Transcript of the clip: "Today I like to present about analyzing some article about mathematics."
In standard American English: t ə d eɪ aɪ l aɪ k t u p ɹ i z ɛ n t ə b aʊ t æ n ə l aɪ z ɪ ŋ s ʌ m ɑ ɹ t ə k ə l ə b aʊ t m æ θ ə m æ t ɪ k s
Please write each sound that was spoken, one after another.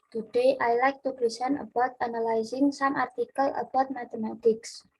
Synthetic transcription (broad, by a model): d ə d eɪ aɪ l aɪ k t u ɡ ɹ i s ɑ n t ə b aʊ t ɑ n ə l aɪ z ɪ ŋ s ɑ m ɑ ɹ t ə k ə l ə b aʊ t m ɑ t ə m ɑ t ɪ k s